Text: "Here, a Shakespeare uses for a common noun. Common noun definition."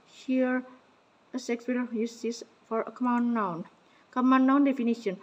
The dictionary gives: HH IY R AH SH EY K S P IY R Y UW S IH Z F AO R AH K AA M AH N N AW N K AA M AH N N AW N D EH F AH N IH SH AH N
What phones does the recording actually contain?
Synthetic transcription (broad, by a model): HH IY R AH S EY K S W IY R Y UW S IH S F AO R AH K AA M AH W N AW N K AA M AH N N AW N D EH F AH N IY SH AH N